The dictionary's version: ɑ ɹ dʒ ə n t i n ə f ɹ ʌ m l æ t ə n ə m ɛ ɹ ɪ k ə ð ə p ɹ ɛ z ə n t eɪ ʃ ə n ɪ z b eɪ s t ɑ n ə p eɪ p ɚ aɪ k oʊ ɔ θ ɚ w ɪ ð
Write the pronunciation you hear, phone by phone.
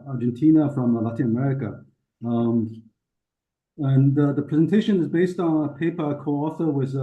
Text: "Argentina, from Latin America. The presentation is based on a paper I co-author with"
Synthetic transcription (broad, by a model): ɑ ɹ dʒ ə n t i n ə f ɹ ʌ m l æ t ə n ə m ɛ ɹ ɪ k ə ð ə p ɹ ɛ z ə n t eɪ ʃ ə n ɪ z b eɪ s t n ə p eɪ p ɚ k oʊ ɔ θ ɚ w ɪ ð